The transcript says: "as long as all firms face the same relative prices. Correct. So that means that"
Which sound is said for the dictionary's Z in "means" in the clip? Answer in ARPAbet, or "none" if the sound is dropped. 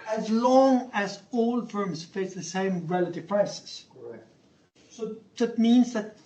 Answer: Z